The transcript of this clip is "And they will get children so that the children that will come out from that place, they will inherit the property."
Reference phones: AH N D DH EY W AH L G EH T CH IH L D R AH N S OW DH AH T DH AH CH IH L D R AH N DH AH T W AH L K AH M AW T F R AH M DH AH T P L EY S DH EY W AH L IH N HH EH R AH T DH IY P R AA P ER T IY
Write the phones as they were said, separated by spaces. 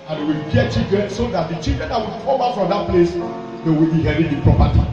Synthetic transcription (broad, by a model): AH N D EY W AH L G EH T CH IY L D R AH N S OW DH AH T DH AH CH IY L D R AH N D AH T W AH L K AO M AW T F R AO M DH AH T P L EY S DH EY W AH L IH HH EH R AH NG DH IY P R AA P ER T IY